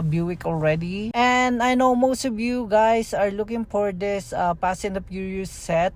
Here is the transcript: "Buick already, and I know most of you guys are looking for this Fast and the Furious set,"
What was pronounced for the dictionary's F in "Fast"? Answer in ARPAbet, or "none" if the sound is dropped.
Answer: P